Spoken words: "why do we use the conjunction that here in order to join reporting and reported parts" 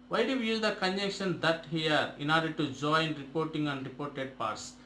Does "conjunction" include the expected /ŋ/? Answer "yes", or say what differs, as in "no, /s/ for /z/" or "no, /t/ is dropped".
no, /ŋ/ is dropped